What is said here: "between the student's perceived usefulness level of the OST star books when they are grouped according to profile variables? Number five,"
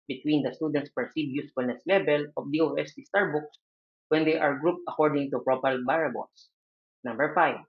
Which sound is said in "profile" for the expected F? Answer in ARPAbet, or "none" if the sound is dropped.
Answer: P